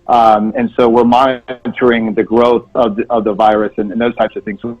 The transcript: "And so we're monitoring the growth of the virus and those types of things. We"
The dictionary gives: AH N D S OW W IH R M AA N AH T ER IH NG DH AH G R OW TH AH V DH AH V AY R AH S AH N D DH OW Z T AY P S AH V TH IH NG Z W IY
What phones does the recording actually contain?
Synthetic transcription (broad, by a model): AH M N S OW W IH R M AA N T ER IH NG DH AH G R OW TH AH V DH AH V AY R AH S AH N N DH OW Z T AY P S AH V TH IH NG Z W